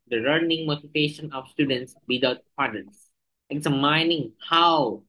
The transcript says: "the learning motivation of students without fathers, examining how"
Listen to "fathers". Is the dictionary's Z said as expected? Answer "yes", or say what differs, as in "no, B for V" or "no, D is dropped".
no, S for Z